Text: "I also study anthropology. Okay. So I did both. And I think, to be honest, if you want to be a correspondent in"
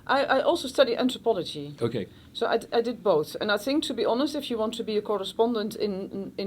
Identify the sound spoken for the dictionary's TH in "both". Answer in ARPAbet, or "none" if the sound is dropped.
TH